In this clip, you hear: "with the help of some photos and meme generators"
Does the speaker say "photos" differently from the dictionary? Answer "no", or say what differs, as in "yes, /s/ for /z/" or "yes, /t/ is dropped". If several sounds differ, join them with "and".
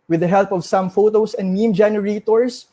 yes, /s/ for /z/